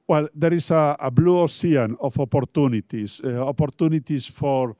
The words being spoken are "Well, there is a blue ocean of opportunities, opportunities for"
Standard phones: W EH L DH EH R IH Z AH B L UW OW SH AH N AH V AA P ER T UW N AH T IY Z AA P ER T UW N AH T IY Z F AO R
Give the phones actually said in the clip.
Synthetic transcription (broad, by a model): W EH L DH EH R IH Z AH B L UW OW S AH N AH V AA P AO T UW N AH T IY S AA P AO T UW N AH T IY S F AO R